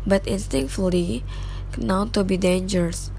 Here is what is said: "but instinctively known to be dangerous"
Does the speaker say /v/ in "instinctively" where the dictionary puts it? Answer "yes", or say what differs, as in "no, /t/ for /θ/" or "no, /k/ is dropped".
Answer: no, /v/ is dropped